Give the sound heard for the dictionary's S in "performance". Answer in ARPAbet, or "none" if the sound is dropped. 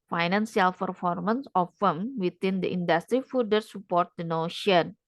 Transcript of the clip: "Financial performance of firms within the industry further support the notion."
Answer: S